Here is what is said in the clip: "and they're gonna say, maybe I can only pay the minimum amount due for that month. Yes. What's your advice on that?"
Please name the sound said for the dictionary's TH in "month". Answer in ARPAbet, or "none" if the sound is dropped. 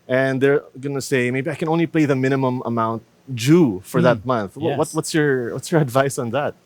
TH